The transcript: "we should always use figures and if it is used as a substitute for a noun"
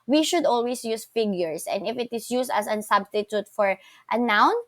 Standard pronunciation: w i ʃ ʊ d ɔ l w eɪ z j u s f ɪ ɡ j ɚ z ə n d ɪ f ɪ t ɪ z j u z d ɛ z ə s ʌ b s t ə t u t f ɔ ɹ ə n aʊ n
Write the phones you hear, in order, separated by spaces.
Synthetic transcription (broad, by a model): w i ʃ ʊ d ɔ l w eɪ s j u s f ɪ ɡ j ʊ s ə n d ɪ f ɪ t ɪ s j u s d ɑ s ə s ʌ b s t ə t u t f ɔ ɹ ə n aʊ n